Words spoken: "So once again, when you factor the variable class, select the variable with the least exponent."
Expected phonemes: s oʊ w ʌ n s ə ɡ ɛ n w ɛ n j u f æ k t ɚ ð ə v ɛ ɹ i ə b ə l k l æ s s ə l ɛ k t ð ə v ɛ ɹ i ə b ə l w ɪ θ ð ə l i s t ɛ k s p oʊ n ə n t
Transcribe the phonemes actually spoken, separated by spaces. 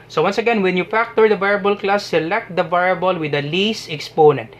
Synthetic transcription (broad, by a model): s oʊ w ʌ n s ə ɡ ɛ n w ɛ n j u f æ k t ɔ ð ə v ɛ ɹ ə b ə l k l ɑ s s ə l ɛ k t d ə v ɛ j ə b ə l w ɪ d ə l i s ɛ k s p oʊ n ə n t